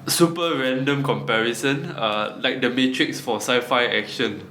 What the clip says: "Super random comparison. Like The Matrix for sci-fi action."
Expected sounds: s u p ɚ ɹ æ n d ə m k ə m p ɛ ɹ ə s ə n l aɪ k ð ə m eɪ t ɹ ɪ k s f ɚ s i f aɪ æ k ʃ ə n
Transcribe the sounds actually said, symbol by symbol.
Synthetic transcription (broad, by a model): s u p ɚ ɹ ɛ n d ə m k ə m p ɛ ɹ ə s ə n l aɪ k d ə m eɪ t ɹ ɪ k s f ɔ s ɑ f aɪ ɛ k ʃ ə n